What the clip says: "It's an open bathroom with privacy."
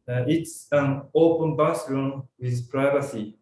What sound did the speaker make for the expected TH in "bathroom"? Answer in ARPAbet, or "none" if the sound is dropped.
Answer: S